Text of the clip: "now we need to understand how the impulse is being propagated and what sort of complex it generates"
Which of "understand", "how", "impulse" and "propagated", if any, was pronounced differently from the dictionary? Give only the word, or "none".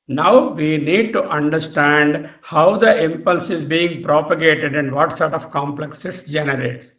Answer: none